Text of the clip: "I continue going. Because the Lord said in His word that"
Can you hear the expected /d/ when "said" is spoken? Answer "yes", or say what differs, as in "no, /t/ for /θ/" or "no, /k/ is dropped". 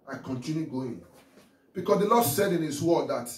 yes